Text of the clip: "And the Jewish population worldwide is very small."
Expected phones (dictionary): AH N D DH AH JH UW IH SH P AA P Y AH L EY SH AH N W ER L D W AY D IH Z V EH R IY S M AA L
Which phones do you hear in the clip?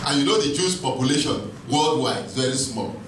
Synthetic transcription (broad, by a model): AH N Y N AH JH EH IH S P AA P Y AH L EY SH AH N W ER L D W AY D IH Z V EH R IY S M AA L